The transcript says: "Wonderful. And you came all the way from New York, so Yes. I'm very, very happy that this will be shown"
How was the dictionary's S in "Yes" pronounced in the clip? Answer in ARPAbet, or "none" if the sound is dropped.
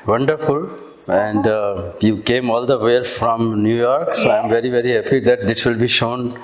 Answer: none